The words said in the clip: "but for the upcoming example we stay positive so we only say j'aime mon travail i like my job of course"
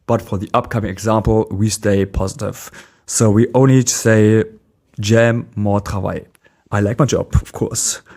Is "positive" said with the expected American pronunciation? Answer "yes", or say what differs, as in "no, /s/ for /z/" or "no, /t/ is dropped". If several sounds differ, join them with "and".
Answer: yes